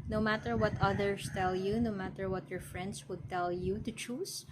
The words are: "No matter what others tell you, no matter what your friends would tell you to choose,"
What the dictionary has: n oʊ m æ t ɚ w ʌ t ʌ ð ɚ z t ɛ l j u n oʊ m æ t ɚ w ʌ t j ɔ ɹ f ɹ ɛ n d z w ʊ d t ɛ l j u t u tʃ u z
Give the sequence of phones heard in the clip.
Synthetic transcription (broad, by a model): n oʊ m æ t ɚ w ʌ t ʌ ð ɚ s t ɛ l j u n oʊ m æ t ɚ w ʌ t j ɔ ɹ f ɹ ɛ n d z w ʊ d t ɛ l j u t u tʃ u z